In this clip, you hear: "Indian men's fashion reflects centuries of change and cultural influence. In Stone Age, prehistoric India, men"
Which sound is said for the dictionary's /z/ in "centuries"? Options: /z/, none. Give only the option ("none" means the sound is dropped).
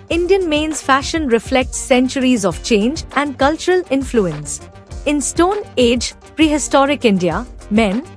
/z/